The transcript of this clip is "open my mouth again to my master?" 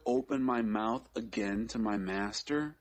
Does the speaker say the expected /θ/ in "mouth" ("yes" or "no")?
yes